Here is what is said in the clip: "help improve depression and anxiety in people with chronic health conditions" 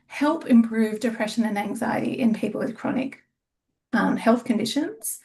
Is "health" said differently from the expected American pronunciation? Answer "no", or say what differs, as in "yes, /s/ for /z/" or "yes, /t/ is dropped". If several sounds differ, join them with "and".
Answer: no